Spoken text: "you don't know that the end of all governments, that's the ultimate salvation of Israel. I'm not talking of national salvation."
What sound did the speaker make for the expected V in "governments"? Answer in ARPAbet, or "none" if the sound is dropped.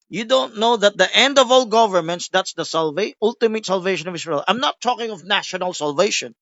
V